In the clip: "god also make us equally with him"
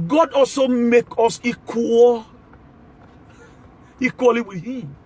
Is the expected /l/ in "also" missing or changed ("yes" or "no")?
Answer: no